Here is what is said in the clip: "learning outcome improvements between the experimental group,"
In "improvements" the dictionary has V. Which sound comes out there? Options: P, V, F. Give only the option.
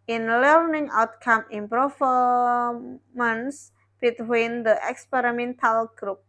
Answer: F